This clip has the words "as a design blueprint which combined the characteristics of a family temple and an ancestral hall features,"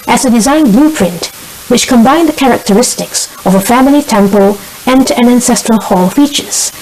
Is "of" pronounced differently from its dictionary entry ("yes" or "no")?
no